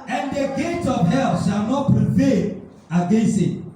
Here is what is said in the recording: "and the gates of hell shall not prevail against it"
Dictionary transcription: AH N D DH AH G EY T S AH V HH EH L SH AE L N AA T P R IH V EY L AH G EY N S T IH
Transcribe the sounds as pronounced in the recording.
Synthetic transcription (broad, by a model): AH N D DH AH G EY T AH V HH EH L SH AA L N AA T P R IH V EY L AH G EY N S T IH